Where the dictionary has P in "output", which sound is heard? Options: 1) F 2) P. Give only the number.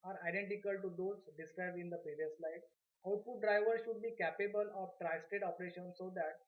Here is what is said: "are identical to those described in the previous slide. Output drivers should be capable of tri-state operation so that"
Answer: 1